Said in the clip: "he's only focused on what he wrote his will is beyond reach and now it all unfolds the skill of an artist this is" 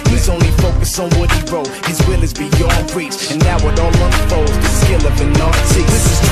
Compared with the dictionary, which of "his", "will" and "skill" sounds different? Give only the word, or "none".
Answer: none